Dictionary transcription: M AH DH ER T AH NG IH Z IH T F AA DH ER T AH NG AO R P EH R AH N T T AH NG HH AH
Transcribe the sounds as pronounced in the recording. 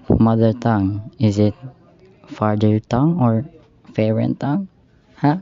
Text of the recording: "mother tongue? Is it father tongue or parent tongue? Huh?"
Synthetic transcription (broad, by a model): M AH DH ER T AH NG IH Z IH T F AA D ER T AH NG AO R F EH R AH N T T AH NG HH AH